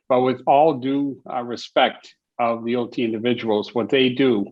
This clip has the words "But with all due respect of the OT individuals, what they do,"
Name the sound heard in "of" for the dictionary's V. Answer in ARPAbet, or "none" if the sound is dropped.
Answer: V